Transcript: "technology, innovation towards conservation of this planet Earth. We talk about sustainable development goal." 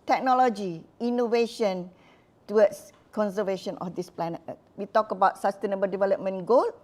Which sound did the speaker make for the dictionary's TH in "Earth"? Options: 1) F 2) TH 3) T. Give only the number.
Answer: 3